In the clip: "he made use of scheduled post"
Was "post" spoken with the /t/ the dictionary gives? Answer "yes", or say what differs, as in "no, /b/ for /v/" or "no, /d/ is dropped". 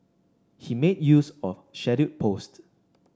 yes